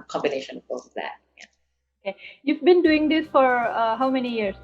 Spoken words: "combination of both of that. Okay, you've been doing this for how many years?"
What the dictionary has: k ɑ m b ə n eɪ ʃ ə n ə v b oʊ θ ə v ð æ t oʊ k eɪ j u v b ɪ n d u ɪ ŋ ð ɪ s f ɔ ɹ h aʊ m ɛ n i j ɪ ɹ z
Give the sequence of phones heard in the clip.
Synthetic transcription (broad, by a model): k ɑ m b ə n eɪ ʃ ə n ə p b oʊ s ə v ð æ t oʊ k eɪ j u v b ɪ n d u ɪ ŋ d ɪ s f ɔ ɹ h aʊ m ɛ n i j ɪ ɹ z